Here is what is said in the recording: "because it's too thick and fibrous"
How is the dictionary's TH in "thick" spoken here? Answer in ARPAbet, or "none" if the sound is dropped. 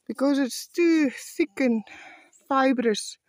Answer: S